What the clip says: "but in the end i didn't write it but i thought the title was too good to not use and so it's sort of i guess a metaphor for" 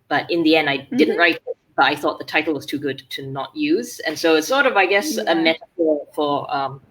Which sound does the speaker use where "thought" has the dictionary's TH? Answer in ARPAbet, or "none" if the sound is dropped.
TH